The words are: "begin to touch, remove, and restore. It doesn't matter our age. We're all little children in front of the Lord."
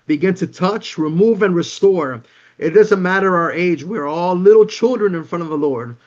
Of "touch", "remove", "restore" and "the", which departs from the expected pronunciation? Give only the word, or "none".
none